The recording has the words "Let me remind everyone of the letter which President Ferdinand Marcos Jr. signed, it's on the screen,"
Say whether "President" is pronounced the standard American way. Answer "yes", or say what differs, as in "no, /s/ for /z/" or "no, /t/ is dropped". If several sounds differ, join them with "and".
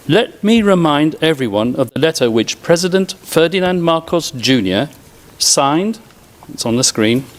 yes